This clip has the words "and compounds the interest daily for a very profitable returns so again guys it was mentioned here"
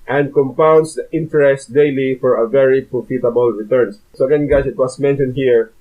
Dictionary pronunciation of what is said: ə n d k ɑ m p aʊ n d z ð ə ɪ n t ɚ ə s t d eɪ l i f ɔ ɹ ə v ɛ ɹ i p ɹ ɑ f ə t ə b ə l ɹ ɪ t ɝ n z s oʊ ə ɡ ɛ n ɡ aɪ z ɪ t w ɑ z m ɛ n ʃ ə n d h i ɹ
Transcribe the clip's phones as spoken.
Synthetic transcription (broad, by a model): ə n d k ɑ m p aʊ n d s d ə ɪ n t ɚ ə s t d eɪ l i f ɔ ɹ ə v ɛ ɹ i p ɹ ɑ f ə t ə b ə l ɹ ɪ t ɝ n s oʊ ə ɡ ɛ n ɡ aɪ s ɪ t w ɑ s m ɛ n ʃ ə n d h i ɹ